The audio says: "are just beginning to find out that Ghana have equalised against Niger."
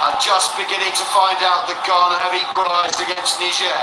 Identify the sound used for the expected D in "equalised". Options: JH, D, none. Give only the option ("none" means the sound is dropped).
none